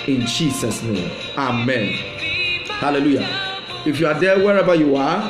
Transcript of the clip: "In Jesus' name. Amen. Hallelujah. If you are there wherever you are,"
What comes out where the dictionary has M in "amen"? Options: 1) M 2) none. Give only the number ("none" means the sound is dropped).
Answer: 1